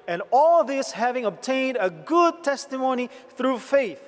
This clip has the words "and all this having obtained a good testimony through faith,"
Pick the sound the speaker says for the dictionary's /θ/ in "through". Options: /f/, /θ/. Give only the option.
/θ/